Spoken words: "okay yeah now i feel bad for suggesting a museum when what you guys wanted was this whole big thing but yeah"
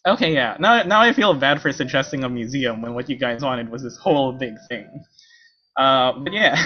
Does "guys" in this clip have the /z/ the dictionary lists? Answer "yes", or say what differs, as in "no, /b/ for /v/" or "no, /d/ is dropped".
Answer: yes